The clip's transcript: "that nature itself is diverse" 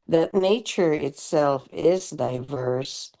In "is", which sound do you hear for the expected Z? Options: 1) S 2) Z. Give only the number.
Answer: 2